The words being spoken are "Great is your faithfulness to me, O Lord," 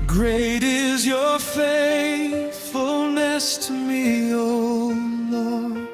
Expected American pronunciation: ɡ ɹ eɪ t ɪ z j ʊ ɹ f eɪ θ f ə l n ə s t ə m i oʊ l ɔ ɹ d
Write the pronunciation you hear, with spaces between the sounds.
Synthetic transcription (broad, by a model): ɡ ɹ eɪ t ɪ z j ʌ ɹ f eɪ θ f ə l n ə s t m i oʊ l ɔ